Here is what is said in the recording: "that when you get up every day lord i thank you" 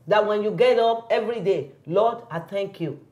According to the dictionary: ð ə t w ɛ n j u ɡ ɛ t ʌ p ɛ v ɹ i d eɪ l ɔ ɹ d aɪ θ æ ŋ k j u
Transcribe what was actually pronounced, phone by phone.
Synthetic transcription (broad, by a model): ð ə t w ɛ n j u ɡ ɛ t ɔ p ɛ v ɹ i d eɪ l ɔ d aɪ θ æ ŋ k j u